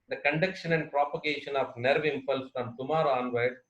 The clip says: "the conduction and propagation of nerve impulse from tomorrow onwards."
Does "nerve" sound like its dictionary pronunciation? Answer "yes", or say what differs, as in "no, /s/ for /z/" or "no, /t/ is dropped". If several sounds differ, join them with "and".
yes